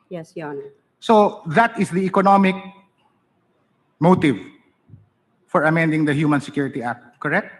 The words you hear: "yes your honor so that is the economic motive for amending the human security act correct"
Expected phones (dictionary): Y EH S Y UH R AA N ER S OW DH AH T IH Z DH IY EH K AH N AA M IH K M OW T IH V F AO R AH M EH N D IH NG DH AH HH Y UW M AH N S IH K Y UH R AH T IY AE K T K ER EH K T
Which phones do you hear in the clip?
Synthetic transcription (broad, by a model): Y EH S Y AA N S OW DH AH T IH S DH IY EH K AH N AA M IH K M OW T IH V F AO R AH M EH N D IH NG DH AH HH Y UW M AH N S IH K Y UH R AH T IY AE K T K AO EH K T